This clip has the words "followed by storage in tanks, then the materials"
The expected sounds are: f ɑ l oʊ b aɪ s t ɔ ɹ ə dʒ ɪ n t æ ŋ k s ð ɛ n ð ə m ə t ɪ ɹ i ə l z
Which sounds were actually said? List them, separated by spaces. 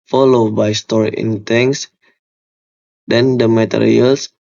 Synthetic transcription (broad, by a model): f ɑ l oʊ b aɪ s t ɔ ɹ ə ɪ n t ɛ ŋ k s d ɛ n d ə m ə t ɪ ɹ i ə l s